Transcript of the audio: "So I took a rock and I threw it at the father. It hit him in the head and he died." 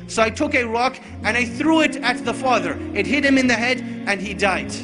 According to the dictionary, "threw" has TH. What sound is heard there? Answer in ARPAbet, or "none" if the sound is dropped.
TH